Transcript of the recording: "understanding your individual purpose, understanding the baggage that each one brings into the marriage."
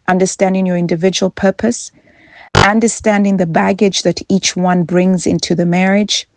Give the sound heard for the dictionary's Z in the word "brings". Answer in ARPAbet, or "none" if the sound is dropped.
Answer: Z